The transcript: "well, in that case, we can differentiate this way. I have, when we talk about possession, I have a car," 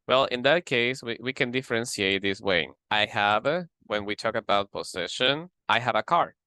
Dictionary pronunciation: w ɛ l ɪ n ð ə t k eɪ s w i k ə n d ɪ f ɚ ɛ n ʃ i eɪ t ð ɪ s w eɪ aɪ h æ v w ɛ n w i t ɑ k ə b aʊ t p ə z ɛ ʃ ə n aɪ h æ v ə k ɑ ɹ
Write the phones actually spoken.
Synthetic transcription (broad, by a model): w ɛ l ɪ n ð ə t k eɪ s w i k ə n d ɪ f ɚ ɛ n s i eɪ t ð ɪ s w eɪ aɪ h æ v w ɛ n w i t ɑ k ə b aʊ t p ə s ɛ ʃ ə n aɪ h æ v ə k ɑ ɹ